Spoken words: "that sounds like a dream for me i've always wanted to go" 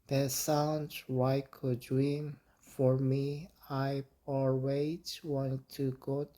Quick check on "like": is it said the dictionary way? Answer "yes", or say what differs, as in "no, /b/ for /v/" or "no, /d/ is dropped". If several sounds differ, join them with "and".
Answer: no, /w/ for /l/